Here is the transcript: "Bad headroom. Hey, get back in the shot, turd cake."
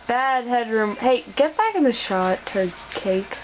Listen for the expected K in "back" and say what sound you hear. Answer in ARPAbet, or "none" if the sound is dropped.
K